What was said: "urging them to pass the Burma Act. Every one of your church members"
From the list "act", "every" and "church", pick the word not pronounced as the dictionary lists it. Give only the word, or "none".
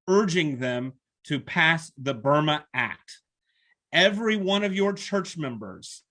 none